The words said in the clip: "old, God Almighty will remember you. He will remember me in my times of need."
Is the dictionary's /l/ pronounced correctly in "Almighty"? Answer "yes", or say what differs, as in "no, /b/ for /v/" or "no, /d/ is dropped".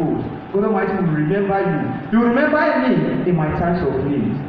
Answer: no, /l/ is dropped